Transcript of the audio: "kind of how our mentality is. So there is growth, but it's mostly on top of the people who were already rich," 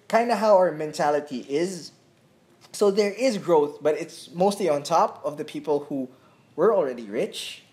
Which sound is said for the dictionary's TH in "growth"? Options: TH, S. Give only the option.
TH